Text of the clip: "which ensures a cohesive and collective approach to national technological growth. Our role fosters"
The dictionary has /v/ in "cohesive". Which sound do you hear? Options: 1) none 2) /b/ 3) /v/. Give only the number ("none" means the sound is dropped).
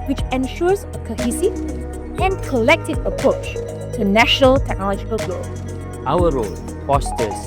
1